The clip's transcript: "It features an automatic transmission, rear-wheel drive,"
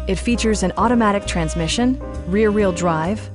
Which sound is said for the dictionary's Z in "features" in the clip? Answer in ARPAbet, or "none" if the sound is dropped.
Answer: Z